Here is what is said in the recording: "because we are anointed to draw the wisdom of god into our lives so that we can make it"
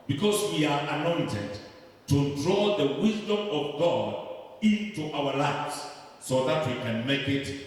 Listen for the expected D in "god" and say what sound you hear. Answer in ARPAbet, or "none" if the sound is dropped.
D